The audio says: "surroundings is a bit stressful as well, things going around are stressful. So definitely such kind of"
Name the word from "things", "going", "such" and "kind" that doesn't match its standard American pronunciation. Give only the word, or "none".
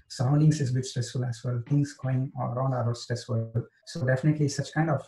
things